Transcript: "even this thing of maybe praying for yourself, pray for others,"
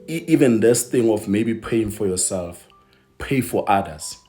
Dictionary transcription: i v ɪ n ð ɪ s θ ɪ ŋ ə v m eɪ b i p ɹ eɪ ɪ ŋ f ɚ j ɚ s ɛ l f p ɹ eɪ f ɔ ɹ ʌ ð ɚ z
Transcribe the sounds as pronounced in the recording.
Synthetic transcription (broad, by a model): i v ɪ n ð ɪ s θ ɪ ŋ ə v m eɪ b i p eɪ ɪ ŋ f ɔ j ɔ s ɛ l f p eɪ f ɔ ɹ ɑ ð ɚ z